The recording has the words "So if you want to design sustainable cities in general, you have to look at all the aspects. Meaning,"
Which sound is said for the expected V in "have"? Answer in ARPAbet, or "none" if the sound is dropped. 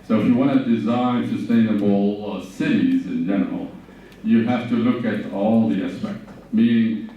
F